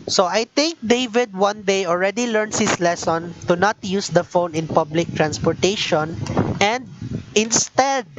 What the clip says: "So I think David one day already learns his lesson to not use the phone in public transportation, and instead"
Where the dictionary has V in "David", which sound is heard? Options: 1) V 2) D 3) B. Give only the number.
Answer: 1